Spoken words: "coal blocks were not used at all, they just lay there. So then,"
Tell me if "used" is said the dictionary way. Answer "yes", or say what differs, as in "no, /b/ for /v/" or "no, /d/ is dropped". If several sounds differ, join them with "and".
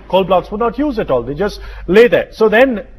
no, /d/ is dropped